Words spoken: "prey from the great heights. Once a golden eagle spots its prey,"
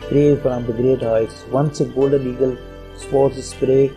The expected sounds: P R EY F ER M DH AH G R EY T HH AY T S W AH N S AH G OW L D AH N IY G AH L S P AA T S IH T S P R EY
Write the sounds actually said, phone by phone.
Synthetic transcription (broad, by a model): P R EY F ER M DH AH G R EY T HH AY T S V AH N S AH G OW L D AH L IY G AH L S P AA T S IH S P R EY